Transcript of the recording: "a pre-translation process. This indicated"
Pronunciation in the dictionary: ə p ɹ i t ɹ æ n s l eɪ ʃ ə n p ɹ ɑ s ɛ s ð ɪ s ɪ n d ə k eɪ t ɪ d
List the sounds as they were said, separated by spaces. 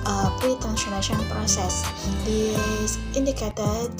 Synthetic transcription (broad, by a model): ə p ɹ i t æ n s n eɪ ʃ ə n p ɹ ɑ s ɛ s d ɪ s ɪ n d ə k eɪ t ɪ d